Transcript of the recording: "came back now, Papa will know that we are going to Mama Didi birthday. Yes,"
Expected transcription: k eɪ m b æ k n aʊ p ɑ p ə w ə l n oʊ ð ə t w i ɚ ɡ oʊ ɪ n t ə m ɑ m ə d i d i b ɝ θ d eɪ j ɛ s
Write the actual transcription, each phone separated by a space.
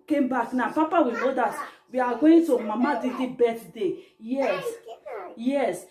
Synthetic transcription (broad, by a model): k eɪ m b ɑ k n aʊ p ɑ p ə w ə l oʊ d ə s w i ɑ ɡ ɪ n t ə m ɑ m ə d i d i b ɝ t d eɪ j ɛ s